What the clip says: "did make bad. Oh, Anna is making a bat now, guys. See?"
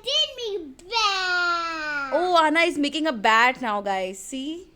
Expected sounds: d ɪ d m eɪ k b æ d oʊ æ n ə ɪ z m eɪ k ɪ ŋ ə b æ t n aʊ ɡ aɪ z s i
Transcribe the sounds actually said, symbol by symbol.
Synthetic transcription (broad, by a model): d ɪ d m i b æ oʊ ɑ n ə ɪ z m eɪ k ɪ ŋ ə b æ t n aʊ ɡ aɪ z s i